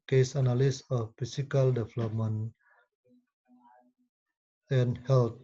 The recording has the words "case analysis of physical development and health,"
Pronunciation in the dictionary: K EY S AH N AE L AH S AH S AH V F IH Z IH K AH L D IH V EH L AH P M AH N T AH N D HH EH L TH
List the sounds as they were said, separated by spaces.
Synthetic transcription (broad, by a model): K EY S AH N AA L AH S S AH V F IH S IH K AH L D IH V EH L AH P M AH N AH N HH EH L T